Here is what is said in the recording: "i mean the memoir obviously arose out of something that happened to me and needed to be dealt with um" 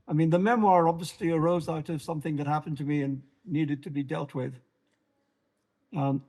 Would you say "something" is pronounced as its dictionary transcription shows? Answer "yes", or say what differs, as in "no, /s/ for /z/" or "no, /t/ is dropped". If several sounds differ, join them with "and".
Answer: yes